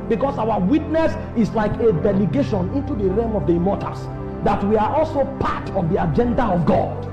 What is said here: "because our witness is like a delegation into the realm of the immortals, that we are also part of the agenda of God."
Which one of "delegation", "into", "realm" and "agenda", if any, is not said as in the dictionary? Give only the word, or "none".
realm